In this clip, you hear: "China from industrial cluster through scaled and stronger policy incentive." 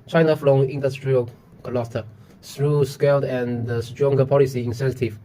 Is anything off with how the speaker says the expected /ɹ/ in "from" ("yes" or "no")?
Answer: yes